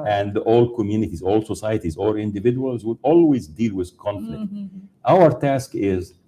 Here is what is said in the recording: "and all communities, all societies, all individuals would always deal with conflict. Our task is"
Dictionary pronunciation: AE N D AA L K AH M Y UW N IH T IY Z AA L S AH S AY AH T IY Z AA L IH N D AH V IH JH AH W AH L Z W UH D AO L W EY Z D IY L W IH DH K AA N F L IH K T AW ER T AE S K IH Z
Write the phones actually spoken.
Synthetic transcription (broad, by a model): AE N D AA L K AH M Y UW N IH T IY Z AA L S AH S AY AH T IY Z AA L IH N D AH V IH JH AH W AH L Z W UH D AO L W EY Z D IY L W IH DH K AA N F L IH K T AW ER T AE S K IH Z